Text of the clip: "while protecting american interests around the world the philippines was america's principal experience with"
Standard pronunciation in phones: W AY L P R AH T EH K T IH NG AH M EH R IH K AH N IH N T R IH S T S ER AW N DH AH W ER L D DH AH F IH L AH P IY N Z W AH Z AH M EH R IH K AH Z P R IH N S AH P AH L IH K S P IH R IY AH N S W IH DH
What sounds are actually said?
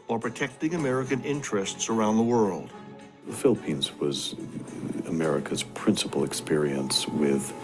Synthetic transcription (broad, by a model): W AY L P R AH T EH K T IH NG AH M EH R IH K AH N IH N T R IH S T S ER AW N DH AH W ER L D DH AH F IH L AH P IY N Z W AH Z AH M EH R IH K AH Z P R IH N S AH P L IH K S P IH R IY AH N S W IH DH